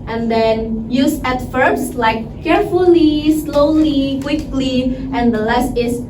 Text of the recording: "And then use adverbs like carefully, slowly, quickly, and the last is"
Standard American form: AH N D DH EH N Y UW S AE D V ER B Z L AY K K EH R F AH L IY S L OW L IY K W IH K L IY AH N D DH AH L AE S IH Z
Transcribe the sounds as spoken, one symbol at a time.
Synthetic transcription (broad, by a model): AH N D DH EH N Y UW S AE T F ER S L AY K K EH R F AH L IY S L OW L IY K W IH K L IY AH N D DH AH L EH S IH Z